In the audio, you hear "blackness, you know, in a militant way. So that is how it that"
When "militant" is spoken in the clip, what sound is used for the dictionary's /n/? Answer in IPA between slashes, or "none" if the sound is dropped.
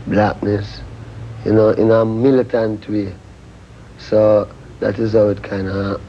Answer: /n/